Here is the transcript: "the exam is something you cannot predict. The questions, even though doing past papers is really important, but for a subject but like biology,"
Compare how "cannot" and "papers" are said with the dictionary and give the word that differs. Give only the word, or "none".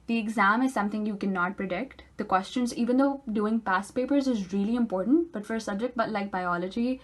none